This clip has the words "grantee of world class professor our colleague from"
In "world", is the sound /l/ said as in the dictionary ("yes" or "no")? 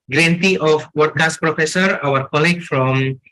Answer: no